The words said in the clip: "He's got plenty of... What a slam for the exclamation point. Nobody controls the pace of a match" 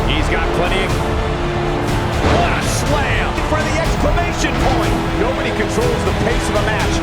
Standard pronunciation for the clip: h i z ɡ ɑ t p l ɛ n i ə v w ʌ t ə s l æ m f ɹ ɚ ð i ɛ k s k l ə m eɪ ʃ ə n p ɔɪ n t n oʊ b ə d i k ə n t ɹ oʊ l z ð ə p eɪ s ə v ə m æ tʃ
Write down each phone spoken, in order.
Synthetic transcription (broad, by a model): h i z ɡ ɑ t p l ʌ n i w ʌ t ə s l æ m f ɹ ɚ ð i ɛ k s k l ə m eɪ ʃ ə n p ɔɪ n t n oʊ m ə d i k ə n t ɹ oʊ l z ð ə p eɪ s ə v ə m æ tʃ